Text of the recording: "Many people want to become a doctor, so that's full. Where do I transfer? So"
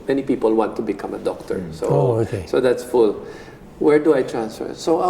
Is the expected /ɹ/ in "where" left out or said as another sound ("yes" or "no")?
no